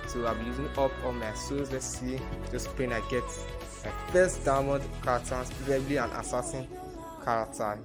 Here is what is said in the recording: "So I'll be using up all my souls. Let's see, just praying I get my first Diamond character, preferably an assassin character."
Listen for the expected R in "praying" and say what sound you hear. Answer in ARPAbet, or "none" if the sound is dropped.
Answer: none